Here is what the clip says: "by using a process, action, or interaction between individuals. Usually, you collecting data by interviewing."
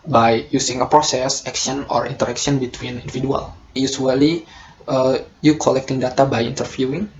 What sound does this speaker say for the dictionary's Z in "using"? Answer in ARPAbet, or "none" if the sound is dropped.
S